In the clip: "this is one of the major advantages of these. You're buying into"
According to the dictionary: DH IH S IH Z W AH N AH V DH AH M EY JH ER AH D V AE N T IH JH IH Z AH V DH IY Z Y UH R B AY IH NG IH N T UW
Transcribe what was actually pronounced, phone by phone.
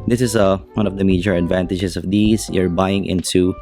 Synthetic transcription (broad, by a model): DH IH S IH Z W AH N AH V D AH M EY JH ER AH D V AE N T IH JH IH S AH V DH IY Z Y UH R B AY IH NG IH N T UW